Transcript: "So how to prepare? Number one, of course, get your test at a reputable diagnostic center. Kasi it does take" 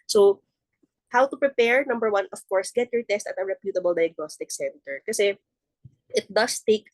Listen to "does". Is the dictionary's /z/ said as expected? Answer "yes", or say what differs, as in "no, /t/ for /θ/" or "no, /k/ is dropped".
no, /s/ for /z/